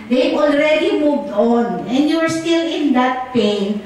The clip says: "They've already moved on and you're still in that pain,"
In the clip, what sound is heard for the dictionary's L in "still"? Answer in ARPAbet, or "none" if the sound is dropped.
L